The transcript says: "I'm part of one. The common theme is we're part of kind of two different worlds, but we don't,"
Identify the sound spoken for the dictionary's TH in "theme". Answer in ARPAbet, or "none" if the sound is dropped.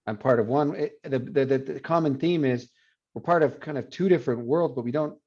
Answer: TH